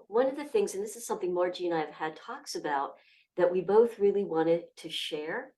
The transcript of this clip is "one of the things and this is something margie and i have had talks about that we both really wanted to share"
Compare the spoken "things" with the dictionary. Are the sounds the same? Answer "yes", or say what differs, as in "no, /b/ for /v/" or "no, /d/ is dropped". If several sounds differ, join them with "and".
yes